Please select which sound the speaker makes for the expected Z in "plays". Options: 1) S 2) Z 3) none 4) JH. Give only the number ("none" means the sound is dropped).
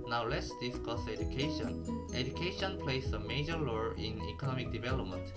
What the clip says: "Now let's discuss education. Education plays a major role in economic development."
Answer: 1